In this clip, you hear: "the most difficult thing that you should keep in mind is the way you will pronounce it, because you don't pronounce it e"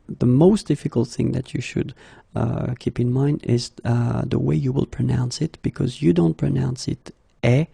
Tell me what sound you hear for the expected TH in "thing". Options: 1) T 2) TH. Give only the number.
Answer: 2